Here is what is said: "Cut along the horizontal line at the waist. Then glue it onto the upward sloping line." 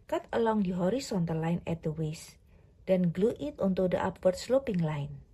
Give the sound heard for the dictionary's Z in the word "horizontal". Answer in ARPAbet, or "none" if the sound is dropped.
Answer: S